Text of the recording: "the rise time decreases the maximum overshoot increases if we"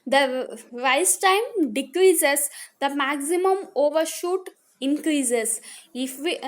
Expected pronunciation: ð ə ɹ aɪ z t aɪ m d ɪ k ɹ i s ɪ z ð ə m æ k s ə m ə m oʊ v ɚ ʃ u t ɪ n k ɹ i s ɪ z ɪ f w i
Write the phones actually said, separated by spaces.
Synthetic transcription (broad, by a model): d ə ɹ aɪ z t aɪ m d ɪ k ɹ i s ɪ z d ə m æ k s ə m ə m oʊ v ɚ ʃ u t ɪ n k ɹ i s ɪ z ɪ f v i